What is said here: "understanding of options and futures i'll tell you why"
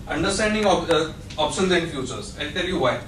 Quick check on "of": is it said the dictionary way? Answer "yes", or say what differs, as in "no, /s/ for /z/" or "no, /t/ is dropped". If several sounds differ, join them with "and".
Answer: no, /p/ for /v/